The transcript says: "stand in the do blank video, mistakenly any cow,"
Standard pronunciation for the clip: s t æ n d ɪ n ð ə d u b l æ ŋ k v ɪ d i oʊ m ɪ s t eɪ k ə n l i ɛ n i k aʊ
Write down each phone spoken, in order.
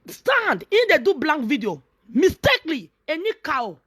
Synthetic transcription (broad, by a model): s t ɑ n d ɪ n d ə d u b l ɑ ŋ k v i d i oʊ m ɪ s t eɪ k l i ɛ n i k aʊ